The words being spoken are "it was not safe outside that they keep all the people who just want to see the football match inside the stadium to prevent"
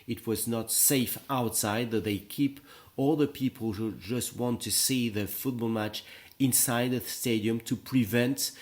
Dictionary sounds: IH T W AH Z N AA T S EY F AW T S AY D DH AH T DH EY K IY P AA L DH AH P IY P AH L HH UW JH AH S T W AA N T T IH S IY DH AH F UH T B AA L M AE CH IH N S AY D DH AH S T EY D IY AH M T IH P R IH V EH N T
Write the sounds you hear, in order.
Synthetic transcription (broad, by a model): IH T W AH Z N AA T S EY F AW T S AY D DH AH T DH EY K IY P AA L DH AH P IY P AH L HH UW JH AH S T W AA N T T IH S IY DH AH F UH T B AA L M AE CH IH N S AY D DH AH S T EY D IY AH M T IH P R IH V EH N T